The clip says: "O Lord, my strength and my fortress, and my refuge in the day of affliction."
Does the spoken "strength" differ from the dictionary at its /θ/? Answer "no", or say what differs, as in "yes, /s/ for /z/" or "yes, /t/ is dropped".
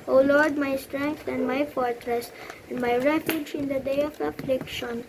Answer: yes, /t/ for /θ/